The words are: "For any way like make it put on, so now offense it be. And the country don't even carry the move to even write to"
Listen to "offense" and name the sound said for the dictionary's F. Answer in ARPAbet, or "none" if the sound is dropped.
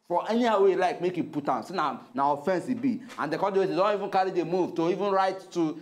F